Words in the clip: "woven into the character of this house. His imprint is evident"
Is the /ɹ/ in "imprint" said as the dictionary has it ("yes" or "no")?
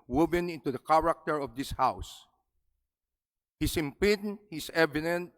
no